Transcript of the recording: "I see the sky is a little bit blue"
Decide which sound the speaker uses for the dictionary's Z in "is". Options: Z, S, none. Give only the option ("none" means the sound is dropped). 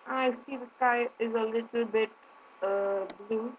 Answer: Z